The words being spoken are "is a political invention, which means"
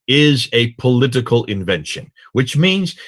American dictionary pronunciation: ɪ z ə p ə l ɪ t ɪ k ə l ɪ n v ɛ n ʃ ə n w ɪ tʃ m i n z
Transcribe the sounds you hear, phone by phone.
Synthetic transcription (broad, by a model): ɪ z ə p ə l ɪ t ɪ k ə l ɪ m v ɛ n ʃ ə n w ɪ tʃ m i n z